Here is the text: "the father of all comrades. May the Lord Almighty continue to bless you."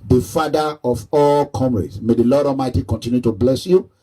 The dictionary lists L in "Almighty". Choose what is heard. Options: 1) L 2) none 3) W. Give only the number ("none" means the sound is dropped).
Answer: 2